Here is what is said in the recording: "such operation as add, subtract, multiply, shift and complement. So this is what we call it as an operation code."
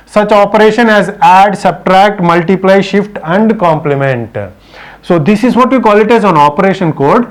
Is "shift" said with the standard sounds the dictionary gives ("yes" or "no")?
yes